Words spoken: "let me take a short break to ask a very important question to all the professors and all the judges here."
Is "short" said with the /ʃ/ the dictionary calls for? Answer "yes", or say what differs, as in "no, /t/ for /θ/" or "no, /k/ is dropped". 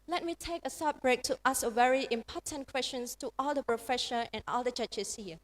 no, /s/ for /ʃ/